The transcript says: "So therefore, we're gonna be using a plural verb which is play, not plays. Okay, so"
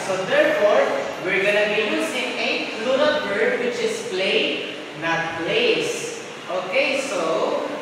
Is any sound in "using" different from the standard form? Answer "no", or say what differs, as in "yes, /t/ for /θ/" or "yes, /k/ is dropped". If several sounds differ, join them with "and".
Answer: yes, /s/ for /z/